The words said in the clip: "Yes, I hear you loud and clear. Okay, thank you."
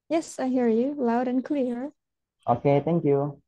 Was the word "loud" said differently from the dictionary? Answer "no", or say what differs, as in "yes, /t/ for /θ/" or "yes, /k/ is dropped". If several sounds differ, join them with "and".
no